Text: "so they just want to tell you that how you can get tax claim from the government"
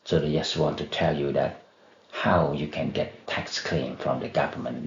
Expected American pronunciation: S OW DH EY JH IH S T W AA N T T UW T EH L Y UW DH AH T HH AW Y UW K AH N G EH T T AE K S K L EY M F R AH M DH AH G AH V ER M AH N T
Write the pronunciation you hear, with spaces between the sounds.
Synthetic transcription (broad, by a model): S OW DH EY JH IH S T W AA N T T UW T EH L Y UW DH AH T HH AW Y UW K AH N G EH T T AE K S K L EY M F R AH M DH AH G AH V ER M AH N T